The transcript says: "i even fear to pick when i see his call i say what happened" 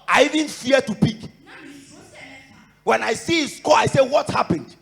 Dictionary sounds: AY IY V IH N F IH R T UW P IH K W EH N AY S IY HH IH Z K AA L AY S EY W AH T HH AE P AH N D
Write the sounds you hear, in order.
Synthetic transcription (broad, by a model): AY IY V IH N F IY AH T UW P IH K W EH N AY S IY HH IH S K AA AY S EY W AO T HH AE P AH N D